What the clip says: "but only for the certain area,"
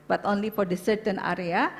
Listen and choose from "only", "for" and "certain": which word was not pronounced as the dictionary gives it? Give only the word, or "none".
none